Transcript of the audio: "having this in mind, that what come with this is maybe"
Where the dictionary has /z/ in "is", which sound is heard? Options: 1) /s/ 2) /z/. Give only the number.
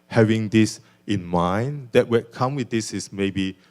1